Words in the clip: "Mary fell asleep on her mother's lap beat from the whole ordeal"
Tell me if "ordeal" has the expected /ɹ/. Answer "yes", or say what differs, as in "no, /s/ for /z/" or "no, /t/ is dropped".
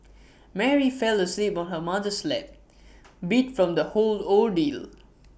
no, /l/ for /ɹ/